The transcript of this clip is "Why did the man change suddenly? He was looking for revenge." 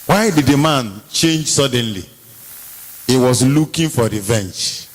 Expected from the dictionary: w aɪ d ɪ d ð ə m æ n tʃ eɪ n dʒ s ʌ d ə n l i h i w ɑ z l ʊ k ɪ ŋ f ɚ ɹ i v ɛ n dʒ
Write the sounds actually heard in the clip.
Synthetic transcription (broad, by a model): w aɪ d ɪ d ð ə m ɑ n tʃ eɪ n dʒ s ʌ d ə n l i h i w ɑ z l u k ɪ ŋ f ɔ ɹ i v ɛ n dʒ